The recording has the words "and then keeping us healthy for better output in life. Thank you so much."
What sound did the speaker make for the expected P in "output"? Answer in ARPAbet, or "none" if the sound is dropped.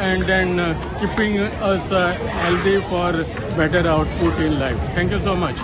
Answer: P